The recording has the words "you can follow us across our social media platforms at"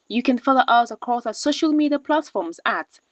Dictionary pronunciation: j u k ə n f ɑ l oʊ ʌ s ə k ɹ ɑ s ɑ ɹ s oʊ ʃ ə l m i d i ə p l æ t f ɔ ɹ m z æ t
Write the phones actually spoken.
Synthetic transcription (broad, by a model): j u k ə n f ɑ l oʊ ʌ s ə k ɑ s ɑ s oʊ ʃ ə l m i d i ə p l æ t f ɔ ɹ m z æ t